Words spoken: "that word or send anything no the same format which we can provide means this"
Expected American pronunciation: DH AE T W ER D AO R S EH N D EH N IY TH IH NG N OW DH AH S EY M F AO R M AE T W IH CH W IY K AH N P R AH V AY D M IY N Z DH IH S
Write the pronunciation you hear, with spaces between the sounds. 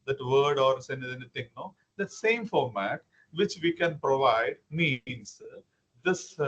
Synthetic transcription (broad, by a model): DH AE T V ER D AO R S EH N EH N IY T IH NG N OW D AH S EY M F AO R M AE T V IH CH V IY K AH N P R AH V AY D M IY N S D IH S